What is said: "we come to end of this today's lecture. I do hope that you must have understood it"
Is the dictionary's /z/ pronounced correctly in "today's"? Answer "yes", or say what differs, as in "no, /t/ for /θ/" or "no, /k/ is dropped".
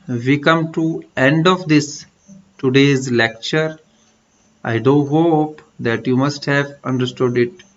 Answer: yes